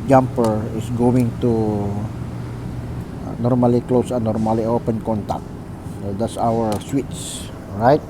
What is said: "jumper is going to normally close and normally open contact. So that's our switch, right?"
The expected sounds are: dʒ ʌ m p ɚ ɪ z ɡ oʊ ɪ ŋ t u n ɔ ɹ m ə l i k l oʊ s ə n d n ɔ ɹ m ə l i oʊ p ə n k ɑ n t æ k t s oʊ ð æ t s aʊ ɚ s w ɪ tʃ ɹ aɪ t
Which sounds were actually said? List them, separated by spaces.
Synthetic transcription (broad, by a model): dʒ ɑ m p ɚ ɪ s ɡ oʊ ɪ ŋ t u n ɔ ɹ m ə l i k l oʊ s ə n n ɔ ɹ m ə l i oʊ p ə n k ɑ n t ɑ k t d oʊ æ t s aʊ ɚ s w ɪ s ɹ aɪ t